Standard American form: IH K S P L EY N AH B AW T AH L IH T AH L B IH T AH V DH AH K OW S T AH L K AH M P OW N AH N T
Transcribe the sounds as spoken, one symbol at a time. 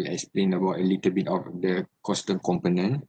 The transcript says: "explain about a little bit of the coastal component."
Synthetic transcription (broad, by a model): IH K S P L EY N AH B AW T AH L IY T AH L B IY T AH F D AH K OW S T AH N K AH M P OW N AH N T